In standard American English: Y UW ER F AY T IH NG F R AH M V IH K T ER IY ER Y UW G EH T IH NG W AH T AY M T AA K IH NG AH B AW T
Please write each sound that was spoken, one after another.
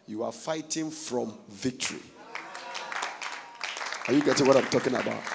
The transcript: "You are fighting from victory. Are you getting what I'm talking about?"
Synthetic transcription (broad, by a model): Y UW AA F AY T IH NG F R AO M V IH K T ER IY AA Y UW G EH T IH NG W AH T AY M T AA K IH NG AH B AW T